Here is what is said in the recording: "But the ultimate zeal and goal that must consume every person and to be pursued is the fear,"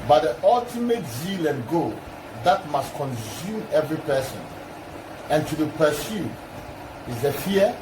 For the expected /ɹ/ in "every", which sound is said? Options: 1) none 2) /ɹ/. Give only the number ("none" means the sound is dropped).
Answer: 2